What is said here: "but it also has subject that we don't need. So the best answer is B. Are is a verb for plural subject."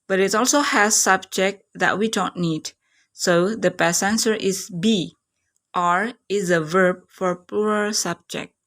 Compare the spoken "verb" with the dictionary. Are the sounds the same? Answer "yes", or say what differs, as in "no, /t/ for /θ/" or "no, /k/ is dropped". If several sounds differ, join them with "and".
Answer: yes